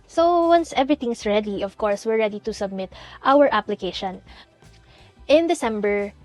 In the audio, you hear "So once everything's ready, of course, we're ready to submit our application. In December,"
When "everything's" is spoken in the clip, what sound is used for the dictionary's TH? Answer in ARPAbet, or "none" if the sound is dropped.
T